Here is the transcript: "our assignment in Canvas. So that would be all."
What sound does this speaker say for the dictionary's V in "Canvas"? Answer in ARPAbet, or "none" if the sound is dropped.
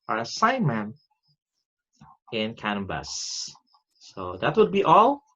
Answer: B